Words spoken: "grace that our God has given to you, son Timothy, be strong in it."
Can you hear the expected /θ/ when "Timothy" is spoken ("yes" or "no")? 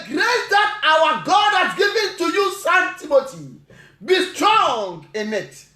no